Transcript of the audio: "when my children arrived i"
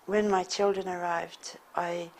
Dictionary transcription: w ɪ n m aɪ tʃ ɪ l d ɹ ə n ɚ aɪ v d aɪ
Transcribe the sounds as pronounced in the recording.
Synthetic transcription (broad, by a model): w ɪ n m aɪ tʃ ɪ l d ɹ ə n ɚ aɪ v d aɪ